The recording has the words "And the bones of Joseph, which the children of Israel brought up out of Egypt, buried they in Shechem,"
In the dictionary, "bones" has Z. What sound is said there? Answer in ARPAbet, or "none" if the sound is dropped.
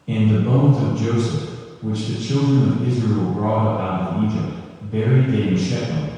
Z